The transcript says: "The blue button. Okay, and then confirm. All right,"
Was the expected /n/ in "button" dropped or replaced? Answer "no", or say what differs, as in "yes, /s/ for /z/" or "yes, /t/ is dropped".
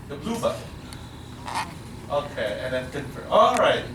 yes, /n/ is dropped